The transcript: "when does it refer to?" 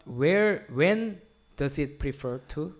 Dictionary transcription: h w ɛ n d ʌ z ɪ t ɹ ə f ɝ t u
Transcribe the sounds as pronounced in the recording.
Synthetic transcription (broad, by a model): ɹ w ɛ n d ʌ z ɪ t ɹ ə f ɝ t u